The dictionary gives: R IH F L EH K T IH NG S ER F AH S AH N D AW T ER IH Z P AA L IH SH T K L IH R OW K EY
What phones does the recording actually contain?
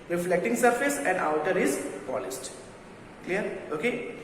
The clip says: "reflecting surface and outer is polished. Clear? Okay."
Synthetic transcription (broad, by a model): R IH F L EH K T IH NG S ER F AH S AH N D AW T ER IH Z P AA L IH S T K L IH R OW K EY